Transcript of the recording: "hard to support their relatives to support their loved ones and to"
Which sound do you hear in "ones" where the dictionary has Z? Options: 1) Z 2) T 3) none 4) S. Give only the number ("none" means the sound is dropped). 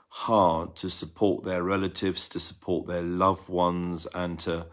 1